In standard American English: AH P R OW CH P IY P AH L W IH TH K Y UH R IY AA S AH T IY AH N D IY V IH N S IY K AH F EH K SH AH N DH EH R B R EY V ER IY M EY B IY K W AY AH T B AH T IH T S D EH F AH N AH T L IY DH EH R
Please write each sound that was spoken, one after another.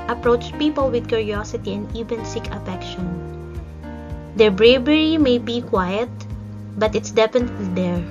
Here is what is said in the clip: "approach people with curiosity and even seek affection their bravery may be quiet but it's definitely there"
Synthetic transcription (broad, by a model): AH P R OW CH P IY P AH L W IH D K Y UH R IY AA S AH T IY AH N D IY V IH N S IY K AH F EH K SH AH N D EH R B R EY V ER IY M EY B IY K W AY AH T B AH T IH T S D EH P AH N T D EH R